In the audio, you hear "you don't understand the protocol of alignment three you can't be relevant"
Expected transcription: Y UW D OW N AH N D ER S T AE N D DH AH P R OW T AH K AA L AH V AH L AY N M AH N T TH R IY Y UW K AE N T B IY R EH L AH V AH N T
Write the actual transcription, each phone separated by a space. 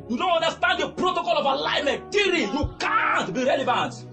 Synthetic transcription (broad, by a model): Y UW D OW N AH N D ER S T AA N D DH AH P R OW T AH K AA L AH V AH L AY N M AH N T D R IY Y UW K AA N T B IY R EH L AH V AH N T